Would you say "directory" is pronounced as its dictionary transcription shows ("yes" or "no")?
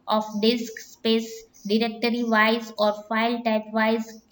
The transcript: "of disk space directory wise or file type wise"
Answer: yes